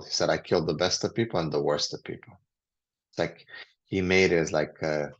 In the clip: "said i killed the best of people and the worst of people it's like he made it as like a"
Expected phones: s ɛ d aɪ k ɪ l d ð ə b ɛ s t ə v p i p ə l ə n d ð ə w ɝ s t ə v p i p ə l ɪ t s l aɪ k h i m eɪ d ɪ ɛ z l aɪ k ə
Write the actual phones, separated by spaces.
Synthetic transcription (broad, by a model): s ɛ d aɪ k ɪ l d ð ə b ɛ s t ə v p i p l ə n ð ə w ɝ s t ə v p i p l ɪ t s l aɪ k h i m eɪ d ɪ z l aɪ k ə